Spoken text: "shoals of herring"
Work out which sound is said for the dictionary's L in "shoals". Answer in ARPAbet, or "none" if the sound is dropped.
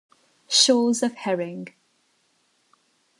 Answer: none